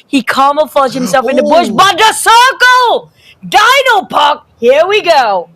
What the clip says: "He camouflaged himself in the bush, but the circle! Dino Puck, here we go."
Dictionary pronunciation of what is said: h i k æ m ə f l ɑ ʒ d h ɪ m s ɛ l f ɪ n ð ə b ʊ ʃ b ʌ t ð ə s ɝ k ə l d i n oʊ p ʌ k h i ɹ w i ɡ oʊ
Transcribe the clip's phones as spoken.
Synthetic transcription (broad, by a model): h i k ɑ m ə f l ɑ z h ɪ m s ɛ l f ɪ n ð ə b ʊ ʃ b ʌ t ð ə s ɝ k ə l d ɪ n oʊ p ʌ k h i ɹ w i ɡ oʊ